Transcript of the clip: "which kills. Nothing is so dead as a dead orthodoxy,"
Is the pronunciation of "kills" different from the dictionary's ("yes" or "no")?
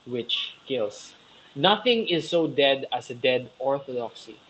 yes